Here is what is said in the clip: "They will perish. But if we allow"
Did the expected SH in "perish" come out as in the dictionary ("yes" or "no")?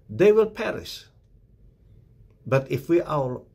no